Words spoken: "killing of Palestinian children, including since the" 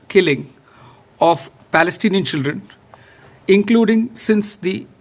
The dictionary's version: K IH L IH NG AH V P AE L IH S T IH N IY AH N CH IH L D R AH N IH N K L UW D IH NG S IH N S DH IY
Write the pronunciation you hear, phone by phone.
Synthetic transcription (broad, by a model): K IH L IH NG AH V P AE L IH S T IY N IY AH N CH IH L D R AH N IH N K L UW D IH NG S IH N S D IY